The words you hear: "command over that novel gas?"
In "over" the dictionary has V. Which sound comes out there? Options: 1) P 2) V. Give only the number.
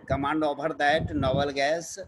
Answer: 1